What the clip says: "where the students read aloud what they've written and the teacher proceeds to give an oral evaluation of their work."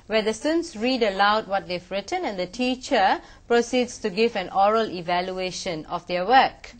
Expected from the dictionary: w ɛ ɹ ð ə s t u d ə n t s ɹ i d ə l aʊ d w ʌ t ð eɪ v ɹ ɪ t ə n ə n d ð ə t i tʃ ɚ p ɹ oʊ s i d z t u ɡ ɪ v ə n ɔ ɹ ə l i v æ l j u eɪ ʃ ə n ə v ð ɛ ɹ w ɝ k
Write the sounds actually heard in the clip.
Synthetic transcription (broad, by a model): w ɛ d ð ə s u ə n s ɹ i d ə l aʊ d w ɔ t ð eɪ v ɹ ɪ t ə n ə n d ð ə t i tʃ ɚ p ɹ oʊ s i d s t u ɡ ɪ v ə n ɔ ɹ ə l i v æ l j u eɪ ʃ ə n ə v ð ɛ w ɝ k